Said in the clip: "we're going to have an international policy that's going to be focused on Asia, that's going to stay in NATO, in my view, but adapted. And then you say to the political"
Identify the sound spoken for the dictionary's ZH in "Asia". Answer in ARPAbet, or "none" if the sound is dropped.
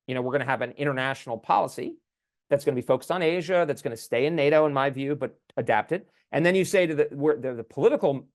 ZH